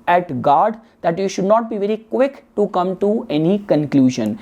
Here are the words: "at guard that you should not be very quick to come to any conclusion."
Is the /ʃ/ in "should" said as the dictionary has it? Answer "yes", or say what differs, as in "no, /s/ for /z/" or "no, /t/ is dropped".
yes